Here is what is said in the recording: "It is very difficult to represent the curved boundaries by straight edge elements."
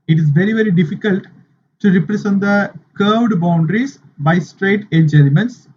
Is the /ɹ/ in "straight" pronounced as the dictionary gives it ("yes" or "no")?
yes